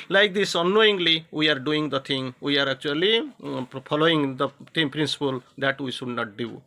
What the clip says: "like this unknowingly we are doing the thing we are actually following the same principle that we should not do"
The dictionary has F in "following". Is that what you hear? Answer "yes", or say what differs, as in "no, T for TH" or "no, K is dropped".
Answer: no, P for F